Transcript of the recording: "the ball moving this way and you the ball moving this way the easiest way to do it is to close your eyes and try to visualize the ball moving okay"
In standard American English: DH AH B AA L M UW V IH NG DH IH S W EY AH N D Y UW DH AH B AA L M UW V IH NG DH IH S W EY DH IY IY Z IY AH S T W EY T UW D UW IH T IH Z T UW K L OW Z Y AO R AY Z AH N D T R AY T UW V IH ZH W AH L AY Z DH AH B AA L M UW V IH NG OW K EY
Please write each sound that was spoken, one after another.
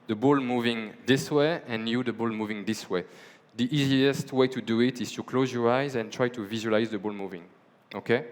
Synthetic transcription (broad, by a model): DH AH B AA L M UW V IH NG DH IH S W EY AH N Y UW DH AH B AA L M UW V IH NG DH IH S W EY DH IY IY Z IY AH S T W EY T UW D UW IH T IH Z T UW K L OW Z Y AO R AY Z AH N T R AY T UW V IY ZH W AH L AY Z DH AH B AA L M UW V IH NG OW K EY